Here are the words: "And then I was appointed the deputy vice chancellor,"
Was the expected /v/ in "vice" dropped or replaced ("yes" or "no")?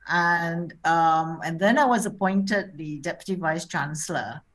no